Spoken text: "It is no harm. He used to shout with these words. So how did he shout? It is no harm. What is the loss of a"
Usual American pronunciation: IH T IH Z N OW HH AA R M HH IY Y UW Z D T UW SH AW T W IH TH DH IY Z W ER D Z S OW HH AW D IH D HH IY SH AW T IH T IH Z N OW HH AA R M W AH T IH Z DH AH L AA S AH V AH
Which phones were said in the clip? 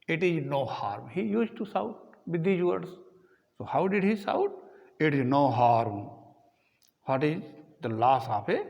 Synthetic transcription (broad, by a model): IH T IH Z N OW HH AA R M HH IY Y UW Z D T UW S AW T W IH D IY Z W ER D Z S OW HH AW D IH D HH IY S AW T IH T IH Z N OW HH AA R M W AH T IH Z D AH L AA S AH P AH